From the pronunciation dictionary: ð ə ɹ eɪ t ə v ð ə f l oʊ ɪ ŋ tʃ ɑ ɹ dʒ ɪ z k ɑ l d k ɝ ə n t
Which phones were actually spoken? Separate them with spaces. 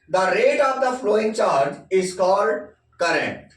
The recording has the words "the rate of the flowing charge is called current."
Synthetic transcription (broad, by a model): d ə ɹ eɪ t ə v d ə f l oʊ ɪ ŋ tʃ ɑ ɹ dʒ ɪ z k ɑ l d k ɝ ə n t